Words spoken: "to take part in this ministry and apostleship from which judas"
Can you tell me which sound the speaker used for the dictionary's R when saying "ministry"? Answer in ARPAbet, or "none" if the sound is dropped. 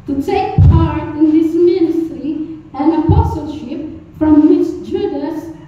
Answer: R